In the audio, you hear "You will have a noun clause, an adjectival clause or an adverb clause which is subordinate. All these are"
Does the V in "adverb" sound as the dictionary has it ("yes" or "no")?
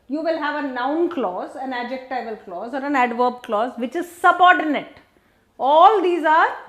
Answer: yes